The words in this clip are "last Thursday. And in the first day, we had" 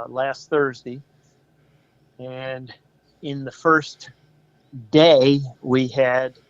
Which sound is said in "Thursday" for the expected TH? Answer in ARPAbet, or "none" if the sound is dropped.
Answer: TH